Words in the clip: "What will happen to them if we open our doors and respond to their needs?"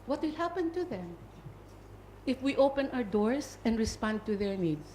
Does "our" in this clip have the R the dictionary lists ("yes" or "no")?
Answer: yes